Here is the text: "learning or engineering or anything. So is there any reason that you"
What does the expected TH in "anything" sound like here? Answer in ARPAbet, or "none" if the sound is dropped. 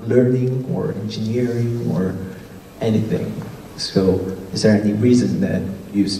TH